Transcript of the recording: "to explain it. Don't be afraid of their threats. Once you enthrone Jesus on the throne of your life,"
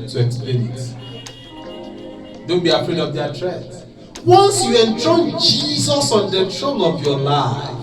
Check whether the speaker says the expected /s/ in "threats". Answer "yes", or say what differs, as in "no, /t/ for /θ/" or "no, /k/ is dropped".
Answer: no, /s/ is dropped